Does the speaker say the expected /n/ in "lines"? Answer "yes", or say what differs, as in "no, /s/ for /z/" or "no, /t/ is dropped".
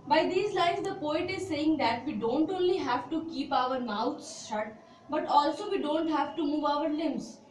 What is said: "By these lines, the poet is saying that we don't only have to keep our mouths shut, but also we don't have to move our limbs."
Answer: no, /n/ is dropped